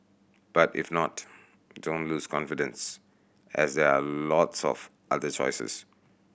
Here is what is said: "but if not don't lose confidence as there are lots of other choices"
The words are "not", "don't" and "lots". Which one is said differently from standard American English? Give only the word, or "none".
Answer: none